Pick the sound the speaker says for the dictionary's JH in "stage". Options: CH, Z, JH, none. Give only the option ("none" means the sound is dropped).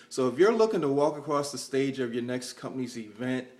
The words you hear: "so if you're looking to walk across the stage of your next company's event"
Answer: JH